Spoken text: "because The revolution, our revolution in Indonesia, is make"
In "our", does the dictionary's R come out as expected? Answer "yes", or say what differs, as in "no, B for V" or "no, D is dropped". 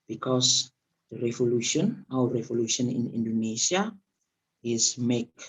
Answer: no, W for R